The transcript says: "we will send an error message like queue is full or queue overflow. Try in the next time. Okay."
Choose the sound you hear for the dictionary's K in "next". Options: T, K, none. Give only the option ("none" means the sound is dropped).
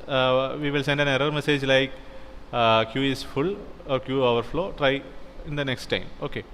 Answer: K